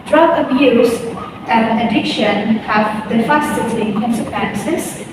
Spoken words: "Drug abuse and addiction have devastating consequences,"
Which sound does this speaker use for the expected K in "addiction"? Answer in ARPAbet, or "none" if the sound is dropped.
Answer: K